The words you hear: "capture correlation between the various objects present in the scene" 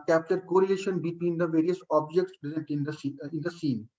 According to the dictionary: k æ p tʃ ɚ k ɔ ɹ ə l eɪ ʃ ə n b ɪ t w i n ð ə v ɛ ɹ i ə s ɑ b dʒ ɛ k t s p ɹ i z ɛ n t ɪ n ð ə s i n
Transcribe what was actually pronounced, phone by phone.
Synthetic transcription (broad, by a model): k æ p tʃ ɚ k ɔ ɹ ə eɪ ʃ ə n b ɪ t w i n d ə v ɛ ɹ i ə s ɑ b dʒ ɛ k t s p ɹ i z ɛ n t ɪ n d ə s i n